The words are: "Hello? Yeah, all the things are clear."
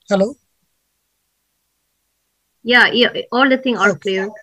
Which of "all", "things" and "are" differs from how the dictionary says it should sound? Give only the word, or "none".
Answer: things